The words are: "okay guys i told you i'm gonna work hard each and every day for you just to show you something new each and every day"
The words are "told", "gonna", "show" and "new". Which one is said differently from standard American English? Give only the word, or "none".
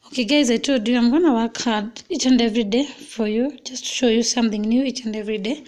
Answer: told